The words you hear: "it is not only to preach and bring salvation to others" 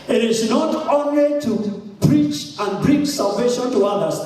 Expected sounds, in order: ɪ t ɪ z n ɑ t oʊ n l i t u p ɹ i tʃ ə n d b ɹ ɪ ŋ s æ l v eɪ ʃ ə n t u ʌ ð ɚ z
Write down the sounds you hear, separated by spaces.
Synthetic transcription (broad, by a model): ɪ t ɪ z n ɑ t oʊ n l i t u p ɹ i tʃ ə n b ɹ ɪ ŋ s æ l v eɪ ʃ ə n t u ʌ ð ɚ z